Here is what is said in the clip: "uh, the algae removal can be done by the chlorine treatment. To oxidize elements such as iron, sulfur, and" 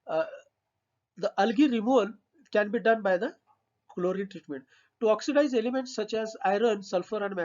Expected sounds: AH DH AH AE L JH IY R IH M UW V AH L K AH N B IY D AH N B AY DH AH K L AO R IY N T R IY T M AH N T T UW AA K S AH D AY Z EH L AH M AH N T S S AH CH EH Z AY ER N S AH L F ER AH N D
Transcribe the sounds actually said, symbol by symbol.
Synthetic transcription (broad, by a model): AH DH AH L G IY R IH M UW V AH L K AH N B IY D AH N B AY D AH K L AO R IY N T R IY T M AH N T T UW AA K S AH D AY Z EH L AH M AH N T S S AH CH EH Z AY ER N S AH L F ER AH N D